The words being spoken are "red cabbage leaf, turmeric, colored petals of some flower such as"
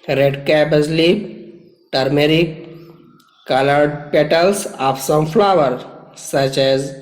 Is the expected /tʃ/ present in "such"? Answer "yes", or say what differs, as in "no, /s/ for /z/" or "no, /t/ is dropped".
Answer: yes